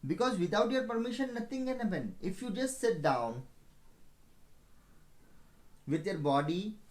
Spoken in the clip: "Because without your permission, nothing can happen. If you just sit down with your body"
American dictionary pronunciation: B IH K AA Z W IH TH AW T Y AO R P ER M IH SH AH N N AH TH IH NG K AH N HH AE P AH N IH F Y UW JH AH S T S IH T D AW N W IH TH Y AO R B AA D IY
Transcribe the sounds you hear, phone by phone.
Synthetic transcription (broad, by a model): B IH K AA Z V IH T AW T Y AO R P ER M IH SH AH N N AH T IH NG K AH N HH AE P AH N IH F Y UW JH AH S T S IH T D AW N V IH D Y AO R B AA D IY